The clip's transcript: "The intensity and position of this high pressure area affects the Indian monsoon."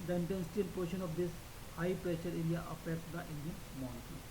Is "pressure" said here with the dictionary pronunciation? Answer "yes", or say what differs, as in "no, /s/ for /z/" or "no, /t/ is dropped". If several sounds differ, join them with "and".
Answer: yes